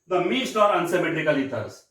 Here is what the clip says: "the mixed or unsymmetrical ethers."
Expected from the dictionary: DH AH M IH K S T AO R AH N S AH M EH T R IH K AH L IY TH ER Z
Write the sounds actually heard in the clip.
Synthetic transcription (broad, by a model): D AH M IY S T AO R AH N S AH M EH T R IH K AH L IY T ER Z